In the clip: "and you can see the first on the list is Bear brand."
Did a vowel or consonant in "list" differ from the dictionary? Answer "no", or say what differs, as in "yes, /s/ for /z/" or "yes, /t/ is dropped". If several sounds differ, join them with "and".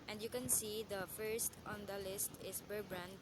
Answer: no